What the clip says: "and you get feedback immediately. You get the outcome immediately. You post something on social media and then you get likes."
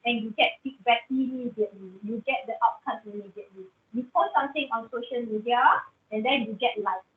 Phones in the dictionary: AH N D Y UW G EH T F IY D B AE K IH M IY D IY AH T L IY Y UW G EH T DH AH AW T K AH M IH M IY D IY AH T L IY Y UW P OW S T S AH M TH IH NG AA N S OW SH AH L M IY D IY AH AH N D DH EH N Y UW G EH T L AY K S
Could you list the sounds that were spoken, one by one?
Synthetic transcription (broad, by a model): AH N Y UW G EH T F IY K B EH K IH M IY D IY AH T L IY Y UW G EH T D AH AW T K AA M IH M IY D IY AH T L IY Y UW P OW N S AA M T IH NG AA N S OW SH AH L M IY D IY AH AH N D EH N Y UW G EH T L AY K